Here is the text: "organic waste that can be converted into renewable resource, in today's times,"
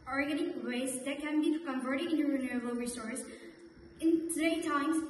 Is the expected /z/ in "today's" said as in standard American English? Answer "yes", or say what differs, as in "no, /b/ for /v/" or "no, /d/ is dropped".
no, /z/ is dropped